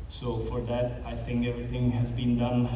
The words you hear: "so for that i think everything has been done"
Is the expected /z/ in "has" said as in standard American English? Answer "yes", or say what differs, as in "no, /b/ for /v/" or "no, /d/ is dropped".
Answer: yes